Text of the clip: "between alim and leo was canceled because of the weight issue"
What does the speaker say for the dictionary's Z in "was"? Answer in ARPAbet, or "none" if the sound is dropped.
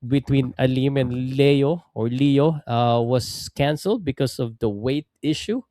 S